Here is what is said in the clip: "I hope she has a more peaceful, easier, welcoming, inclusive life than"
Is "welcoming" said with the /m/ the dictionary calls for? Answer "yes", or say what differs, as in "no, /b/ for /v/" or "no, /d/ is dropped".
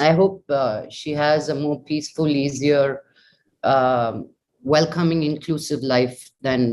yes